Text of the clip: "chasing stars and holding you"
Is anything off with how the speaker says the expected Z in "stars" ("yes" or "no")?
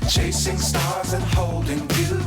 no